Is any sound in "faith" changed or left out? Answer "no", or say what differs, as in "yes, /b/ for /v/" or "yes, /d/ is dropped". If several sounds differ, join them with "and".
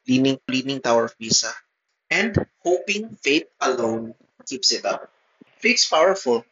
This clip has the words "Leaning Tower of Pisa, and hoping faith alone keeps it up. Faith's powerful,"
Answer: yes, /t/ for /θ/